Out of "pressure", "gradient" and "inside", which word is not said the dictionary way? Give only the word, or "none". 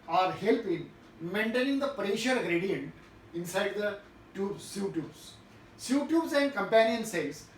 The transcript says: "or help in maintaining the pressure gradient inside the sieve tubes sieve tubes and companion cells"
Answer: none